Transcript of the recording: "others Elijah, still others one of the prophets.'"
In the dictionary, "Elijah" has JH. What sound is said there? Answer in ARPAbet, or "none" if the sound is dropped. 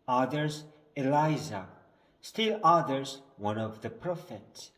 Z